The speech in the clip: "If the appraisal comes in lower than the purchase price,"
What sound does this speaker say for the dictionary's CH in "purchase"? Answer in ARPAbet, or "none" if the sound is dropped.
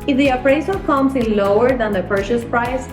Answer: SH